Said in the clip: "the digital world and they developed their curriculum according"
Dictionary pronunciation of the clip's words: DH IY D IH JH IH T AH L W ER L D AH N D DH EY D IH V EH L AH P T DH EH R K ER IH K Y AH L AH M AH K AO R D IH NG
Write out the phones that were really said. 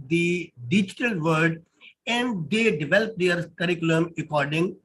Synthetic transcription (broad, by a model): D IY D IH JH IH T AH L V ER D AH N D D EY D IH V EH L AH P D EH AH R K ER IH K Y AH L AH M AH K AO R D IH NG